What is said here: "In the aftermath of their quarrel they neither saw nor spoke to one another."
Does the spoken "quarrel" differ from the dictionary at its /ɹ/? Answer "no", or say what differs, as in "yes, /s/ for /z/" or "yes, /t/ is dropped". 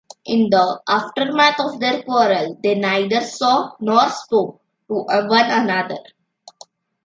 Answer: no